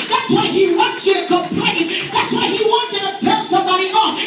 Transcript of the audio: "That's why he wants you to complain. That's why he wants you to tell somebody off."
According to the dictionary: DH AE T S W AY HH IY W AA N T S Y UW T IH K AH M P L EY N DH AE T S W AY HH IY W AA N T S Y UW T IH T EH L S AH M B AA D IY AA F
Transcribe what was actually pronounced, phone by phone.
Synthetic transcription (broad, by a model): DH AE T S W AY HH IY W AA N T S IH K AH P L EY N DH AE T S W AY HH IY W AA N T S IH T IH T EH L S AH M B AA D IY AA